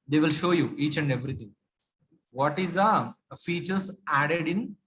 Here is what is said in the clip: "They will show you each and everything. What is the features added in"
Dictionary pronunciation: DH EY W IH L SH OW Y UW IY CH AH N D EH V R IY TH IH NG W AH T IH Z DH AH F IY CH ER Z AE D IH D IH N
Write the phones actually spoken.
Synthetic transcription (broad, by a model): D EY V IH L SH OW Y UW IY CH AH N D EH V R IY T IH NG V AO T IH Z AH F IY CH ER S AE D IH D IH N